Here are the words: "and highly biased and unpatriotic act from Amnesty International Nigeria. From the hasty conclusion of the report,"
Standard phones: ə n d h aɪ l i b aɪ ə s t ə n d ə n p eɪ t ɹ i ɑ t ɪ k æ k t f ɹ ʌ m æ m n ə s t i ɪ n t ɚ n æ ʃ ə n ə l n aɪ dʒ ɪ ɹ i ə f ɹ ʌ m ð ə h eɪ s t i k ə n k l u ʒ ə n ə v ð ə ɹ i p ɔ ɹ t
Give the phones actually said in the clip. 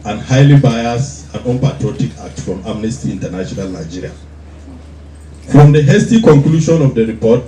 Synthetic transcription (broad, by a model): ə n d h aɪ l i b aɪ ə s ə n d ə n p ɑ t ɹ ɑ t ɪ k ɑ k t f ɹ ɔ m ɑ m n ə s t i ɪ n t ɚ n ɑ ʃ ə n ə l n aɪ dʒ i ɹ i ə f ɹ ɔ m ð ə h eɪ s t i k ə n k l u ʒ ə n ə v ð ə ɹ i p ɔ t